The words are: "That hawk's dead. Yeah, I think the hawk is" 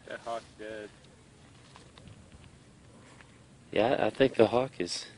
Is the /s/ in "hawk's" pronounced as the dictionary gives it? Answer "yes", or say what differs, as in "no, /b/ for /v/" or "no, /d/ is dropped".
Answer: no, /s/ is dropped